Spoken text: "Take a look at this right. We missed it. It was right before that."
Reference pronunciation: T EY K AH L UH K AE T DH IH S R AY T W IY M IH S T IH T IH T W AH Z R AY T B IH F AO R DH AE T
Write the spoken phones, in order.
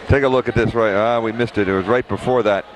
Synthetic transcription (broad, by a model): T EY K AH L UH K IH T DH IH S R AY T W IY M IH S T IH T IH T W AH Z R AY T B IH F AO R DH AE T